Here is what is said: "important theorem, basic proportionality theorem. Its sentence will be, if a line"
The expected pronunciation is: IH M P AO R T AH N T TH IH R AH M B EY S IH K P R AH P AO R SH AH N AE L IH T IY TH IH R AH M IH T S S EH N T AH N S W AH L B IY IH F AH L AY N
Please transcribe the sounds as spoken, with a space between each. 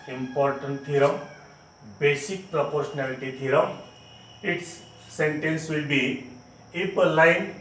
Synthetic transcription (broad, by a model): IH M P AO R T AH N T T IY R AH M B EY S IH K P R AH P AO R S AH N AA L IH T IY T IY R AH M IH T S S EH N T AH N S W AH L B IY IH P AH L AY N